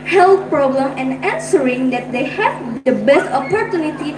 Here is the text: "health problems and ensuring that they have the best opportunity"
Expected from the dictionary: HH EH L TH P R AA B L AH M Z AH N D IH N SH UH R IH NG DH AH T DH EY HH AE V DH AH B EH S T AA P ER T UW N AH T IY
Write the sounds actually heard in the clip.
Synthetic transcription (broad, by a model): HH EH L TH P R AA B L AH M AH N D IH N S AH R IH NG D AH T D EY HH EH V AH B EH S T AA P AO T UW N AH T IY